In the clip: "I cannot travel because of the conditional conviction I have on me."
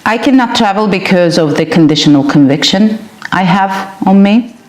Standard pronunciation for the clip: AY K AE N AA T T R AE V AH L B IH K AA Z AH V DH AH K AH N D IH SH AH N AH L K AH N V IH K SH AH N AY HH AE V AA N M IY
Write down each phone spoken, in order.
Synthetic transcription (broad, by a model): AY K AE N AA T T R AE V AH L B IH K AA Z AH V DH AH K AH N D IH SH AH N AH L K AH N V IH K SH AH N AY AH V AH N M IY